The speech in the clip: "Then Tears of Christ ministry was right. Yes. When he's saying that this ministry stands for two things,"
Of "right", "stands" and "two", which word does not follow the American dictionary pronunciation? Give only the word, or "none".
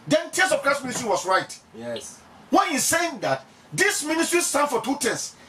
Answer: stands